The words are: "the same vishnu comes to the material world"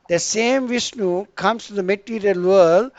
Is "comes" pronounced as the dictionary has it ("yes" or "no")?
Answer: no